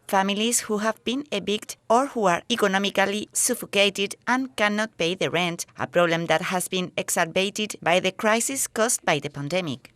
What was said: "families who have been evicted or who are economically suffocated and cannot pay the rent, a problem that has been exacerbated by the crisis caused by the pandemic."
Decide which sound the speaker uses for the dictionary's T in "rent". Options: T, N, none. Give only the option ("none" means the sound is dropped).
T